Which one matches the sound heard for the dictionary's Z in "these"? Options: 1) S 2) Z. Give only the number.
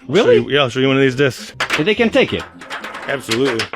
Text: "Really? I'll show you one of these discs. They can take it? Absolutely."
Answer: 2